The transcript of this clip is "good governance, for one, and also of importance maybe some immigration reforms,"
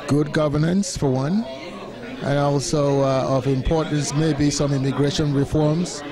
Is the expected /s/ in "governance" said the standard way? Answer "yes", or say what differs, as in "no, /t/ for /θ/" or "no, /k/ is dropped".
yes